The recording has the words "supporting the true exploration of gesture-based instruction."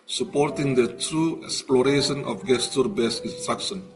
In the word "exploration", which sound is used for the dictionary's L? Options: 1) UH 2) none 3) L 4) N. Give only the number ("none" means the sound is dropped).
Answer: 3